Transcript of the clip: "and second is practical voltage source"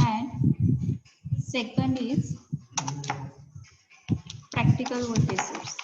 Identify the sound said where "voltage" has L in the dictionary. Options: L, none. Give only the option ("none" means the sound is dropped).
none